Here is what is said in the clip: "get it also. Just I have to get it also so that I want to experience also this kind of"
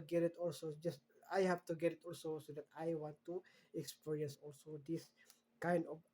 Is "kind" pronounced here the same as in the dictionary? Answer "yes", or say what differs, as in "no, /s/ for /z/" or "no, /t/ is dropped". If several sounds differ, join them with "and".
yes